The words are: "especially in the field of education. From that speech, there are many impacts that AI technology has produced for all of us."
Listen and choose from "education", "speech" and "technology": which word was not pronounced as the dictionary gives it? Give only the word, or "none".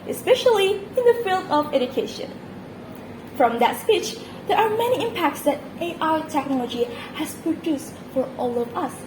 none